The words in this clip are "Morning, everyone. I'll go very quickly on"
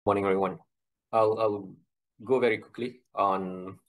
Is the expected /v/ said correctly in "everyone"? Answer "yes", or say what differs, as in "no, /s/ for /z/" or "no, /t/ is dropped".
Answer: no, /v/ is dropped